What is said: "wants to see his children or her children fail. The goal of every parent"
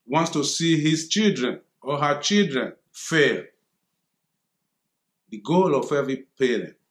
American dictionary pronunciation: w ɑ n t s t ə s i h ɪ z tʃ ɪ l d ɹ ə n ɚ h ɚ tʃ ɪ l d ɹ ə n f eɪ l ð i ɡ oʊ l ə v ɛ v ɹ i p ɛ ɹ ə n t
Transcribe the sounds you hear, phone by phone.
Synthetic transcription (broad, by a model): w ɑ n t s t ə s i h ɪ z tʃ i l d ɹ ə n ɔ h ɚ tʃ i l d ɹ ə n f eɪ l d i ɡ oʊ l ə f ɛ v i p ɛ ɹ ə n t